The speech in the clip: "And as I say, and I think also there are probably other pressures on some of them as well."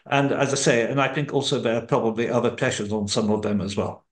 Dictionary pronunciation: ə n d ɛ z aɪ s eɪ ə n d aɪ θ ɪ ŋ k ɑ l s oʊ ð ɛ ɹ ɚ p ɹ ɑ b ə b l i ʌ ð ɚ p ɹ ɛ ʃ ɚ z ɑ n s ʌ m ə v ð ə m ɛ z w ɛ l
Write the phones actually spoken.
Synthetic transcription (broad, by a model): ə n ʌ z aɪ s eɪ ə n aɪ θ ɪ ŋ k ɑ l s oʊ ð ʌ ɹ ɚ p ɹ ɑ b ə b l i ʌ ð ɚ p ɹ ɛ ʃ ɚ z n s ʌ m ə v ð ə m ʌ z w ɛ l